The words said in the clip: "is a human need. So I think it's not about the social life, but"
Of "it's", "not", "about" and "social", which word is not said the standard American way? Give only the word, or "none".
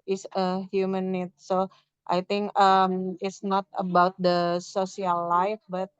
social